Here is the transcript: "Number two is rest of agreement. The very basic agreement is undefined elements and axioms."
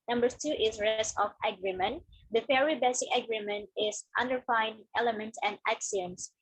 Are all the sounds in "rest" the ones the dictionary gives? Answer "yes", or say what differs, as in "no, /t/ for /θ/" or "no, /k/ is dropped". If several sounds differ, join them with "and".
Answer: no, /t/ is dropped